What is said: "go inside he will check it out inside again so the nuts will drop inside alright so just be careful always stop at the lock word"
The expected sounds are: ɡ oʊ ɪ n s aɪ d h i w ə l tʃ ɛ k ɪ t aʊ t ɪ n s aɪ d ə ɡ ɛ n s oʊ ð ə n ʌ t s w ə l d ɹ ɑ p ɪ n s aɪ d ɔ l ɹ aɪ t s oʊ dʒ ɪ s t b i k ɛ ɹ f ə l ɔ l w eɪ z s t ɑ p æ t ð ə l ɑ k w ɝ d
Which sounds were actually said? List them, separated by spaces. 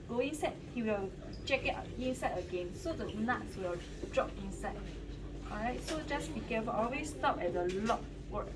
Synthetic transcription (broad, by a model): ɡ oʊ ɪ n s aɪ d h i w ə l tʃ ɛ k ɪ t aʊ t ɪ n s aɪ d ə ɡ ɛ n s oʊ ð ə n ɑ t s w ə l d ɹ ɑ p ɪ n s aɪ d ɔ ɹ aɪ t s oʊ dʒ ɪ s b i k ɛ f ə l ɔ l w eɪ s t ɑ p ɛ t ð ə l ɑ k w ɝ